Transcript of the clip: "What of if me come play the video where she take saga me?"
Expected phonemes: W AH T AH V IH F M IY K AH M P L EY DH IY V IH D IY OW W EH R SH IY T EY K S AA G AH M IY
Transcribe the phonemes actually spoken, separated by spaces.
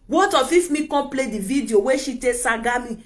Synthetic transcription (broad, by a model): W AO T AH F IH F M IY K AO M P L EY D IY V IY D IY OW W EH SH IY T EY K S AA G AH M IY